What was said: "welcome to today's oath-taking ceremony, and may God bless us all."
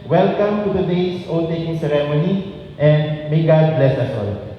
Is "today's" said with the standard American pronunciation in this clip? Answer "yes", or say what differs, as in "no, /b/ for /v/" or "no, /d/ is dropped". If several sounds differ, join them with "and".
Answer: no, /s/ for /z/